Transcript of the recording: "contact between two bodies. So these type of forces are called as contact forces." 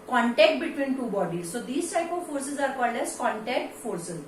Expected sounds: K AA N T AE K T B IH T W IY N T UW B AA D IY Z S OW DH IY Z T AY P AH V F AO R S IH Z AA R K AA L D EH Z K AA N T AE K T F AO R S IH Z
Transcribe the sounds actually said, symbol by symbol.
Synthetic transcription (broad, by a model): K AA N T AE K T B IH T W IY N T UW B AA D IY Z S OW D IY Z T AY P AH V F AO R S IH Z AA R K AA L EH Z K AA N T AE K T F AO R S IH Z